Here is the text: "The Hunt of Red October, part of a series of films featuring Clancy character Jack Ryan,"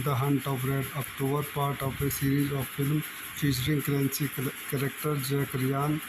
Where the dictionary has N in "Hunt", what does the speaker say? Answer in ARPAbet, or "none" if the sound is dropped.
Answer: N